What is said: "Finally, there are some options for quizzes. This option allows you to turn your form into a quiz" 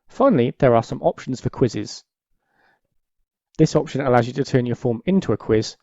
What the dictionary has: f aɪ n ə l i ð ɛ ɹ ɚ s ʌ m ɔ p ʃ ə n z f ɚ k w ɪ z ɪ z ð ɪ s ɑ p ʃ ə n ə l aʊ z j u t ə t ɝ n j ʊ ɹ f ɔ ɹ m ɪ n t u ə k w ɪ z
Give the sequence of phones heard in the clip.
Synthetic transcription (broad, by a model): f aɪ n ə l i ð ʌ ɹ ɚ s ʌ m ɔ p ʃ ə n z f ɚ k w ɪ z ɪ z ð ɪ s ɑ p ʃ ə n ə l aʊ z j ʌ t ə t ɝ n j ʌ f ɔ m ɪ n t u ə k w ɪ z